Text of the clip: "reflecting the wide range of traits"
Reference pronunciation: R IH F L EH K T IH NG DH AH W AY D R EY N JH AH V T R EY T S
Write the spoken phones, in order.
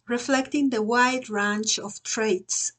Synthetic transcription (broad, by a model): R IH F L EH K T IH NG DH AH W AY D R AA N CH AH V T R EY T S